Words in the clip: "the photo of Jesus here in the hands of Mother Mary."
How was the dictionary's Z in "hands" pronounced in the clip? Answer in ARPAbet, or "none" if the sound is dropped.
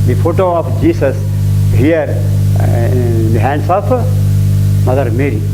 S